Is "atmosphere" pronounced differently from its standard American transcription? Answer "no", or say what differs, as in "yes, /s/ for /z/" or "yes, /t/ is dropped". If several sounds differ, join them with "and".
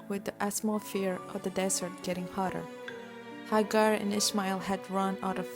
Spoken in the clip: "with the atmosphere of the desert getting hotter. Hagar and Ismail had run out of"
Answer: yes, /s/ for /t/